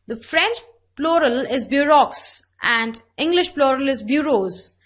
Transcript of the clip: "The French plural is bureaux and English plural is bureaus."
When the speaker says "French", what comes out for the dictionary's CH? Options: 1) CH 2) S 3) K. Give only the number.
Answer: 1